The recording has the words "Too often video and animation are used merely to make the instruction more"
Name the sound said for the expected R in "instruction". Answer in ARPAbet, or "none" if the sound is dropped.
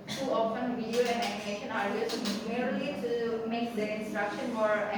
R